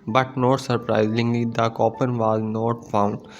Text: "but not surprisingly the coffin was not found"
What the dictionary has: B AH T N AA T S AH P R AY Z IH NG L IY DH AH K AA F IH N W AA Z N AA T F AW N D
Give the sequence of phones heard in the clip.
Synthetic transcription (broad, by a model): B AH T N AA T S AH P R AY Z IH NG L IY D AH K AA P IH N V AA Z N AA T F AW N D